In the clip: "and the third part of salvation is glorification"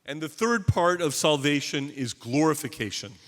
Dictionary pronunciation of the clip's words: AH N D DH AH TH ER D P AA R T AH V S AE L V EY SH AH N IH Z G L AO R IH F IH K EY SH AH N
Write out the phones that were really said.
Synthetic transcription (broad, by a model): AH N DH AH TH ER D P AA R T AH V S AE L V EY SH AH N IH Z G L AO R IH F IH K EY SH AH N